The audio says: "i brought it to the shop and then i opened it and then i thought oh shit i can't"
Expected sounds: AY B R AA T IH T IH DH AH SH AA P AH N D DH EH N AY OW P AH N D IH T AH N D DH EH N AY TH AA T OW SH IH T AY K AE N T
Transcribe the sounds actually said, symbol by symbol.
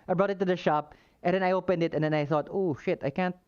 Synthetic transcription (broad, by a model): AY B R AA T IH T IH DH AH SH AA P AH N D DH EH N AY OW P AH N D IH T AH N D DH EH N AY TH AA T OW SH IH T AY K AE N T